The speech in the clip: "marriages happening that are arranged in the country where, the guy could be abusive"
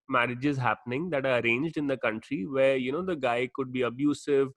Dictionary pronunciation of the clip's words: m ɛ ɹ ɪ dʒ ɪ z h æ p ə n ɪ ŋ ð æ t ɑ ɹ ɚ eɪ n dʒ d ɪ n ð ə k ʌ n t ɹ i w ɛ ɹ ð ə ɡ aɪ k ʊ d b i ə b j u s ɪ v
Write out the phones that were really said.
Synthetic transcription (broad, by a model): m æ ɹ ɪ dʒ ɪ z h æ p ə n ɪ ŋ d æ t ɑ ɹ ɚ eɪ n dʒ d ɪ n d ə k ʌ n t ɹ i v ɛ ɹ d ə ɡ aɪ k ʊ d b i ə b j u s ɪ v